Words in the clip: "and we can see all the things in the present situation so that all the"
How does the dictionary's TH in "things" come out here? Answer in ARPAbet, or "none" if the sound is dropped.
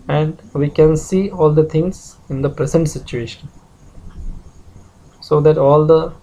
T